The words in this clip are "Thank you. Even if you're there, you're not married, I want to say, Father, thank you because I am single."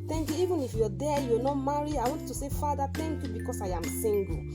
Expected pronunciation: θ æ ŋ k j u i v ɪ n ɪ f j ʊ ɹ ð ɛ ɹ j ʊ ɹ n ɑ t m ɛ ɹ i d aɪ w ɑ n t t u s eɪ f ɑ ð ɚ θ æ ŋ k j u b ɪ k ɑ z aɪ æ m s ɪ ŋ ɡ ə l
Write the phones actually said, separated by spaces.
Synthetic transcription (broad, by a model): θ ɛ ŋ k j u i v ɪ n ɪ f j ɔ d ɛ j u n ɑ m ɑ ɹ i aɪ w ɑ n t t u s eɪ f ɑ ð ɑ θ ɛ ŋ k j u b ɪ k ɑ s aɪ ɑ m s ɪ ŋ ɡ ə